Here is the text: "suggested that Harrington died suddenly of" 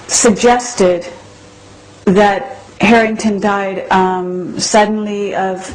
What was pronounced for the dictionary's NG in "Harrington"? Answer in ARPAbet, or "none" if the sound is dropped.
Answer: NG